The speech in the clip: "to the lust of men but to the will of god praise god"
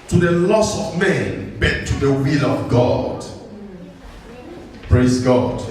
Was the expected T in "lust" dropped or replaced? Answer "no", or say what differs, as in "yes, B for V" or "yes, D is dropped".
yes, T is dropped